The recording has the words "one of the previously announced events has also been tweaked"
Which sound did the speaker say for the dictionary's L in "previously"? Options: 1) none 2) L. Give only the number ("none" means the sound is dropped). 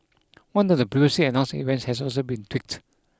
1